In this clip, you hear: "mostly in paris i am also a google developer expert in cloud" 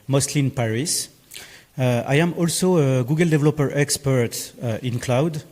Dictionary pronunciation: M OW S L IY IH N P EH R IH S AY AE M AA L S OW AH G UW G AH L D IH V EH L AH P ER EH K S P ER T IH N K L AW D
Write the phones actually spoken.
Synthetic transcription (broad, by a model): M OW S L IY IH N P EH R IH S AY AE M AA L S OW AH G UW G AH L D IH V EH L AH P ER EH K S P ER T IH N K L AW D